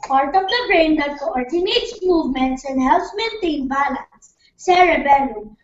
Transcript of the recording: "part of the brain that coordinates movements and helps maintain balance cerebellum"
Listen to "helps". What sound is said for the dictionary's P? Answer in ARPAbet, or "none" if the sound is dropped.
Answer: none